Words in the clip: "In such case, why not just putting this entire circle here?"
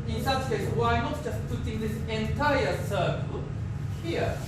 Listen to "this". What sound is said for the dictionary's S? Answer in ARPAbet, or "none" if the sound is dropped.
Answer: S